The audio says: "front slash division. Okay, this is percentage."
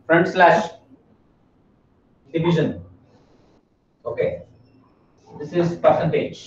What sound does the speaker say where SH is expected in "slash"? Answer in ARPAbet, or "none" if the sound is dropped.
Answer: SH